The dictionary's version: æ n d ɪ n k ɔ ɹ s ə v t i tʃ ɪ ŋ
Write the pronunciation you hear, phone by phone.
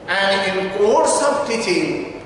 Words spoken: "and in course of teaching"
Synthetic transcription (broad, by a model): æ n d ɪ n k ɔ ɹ s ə b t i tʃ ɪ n